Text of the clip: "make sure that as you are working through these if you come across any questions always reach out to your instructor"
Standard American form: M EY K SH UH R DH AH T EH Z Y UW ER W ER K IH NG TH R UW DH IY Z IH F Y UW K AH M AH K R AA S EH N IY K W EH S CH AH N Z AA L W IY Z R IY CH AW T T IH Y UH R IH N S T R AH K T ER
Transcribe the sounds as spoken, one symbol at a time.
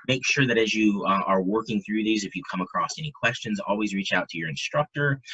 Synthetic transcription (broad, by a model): M EY K SH UH R DH AH T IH Z Y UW ER W ER K IH NG TH R UW DH IY Z IH F Y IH K AH M AH K R AA S EH N IY K W EH S CH AH N Z AA L W IY Z R IY CH AW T T IH Y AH R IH N S T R AH K T ER